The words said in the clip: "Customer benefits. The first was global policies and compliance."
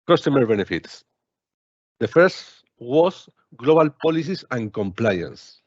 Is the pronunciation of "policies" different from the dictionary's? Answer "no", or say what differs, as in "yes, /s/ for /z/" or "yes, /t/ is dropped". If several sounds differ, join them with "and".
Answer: yes, /s/ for /z/